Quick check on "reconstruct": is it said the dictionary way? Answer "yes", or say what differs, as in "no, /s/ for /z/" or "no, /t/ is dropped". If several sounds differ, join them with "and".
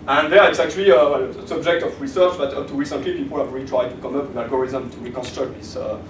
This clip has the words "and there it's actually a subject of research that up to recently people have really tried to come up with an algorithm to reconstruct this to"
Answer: yes